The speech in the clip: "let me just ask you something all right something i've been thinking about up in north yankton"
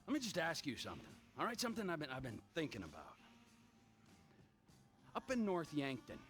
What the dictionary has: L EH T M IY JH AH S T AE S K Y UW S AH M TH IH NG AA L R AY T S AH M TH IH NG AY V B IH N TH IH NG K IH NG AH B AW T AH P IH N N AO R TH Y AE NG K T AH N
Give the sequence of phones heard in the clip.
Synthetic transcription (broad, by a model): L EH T M IY JH AH S T AE S K Y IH S AH M TH IH NG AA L R AY T S AH M TH IH NG AY V B IH N TH IH NG K IH NG AH B AW T AH P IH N N AO R TH Y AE NG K T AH N